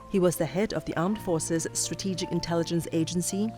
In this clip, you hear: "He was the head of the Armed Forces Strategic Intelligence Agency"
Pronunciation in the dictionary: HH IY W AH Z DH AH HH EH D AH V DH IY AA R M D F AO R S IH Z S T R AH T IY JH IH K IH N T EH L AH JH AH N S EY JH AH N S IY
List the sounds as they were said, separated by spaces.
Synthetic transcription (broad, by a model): HH IY W AH Z DH AH HH EH D AH V DH IY AA R M D F AO R S IH Z S T R AH T IY JH IH K IH N T EH L AH JH AH N S EY JH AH N S IY